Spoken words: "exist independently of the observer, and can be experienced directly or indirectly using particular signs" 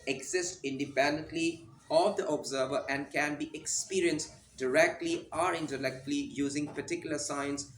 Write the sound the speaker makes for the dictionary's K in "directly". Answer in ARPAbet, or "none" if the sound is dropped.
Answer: K